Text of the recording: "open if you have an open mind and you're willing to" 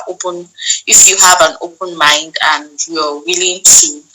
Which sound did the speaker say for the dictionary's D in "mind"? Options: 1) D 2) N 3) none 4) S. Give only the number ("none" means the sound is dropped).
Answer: 1